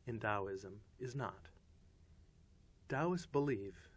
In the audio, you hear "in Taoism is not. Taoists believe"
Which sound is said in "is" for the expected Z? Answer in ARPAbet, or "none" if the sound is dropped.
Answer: Z